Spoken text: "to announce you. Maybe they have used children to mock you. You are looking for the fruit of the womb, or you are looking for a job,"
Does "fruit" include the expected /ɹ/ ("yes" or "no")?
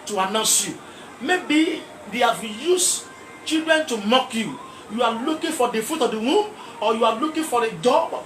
no